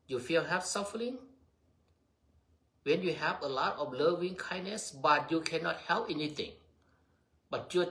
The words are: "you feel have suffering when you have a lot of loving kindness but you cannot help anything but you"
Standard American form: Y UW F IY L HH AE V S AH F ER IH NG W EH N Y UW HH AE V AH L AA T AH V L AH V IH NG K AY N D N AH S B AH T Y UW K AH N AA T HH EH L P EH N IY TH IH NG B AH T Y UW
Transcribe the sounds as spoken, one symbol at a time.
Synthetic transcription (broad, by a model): Y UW F IY L HH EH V S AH F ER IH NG W EH N Y UW HH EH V AH L AA T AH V L AH V IH NG K AY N N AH S B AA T Y UW K AH N AA T HH EH L P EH N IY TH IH NG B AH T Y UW